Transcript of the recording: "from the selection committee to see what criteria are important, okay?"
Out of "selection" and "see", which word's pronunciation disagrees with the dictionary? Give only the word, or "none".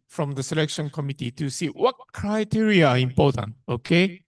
none